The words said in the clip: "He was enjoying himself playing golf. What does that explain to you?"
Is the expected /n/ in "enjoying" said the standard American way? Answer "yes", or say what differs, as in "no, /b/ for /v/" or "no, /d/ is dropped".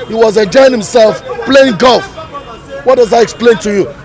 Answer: no, /n/ is dropped